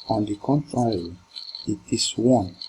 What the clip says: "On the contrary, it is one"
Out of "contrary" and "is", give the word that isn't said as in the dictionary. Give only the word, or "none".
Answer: is